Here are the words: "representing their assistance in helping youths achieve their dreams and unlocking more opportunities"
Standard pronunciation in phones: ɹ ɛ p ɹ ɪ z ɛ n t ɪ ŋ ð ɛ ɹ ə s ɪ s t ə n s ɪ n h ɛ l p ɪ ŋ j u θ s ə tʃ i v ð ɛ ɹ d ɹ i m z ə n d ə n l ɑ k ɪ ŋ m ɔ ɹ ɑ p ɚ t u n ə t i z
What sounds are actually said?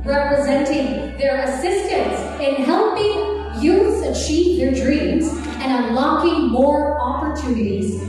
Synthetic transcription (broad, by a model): ɹ ɛ p ɹ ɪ z ɛ n t ɪ ŋ ð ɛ ɹ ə s ɪ s t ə n s ɪ n h ɛ l p ɪ ŋ j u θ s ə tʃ i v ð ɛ ɹ d ɹ i m z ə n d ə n l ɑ k ɪ ŋ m ɔ ɹ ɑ p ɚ t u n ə t i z